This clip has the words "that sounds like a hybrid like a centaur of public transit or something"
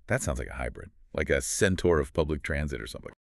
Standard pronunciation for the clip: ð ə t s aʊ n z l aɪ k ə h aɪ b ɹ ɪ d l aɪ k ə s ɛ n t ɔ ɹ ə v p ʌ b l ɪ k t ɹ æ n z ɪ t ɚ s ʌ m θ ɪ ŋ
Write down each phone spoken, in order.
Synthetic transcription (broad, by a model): ð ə t s aʊ n z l aɪ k ə h aɪ b ɹ ɪ d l aɪ k ə s ɛ n t ɔ ɹ ə v p ʌ b l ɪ k t ɹ æ n z ɪ t ɚ s ʌ m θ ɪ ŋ